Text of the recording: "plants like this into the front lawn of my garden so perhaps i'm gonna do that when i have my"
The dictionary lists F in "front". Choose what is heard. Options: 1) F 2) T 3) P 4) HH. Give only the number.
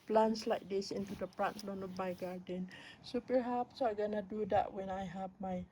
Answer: 3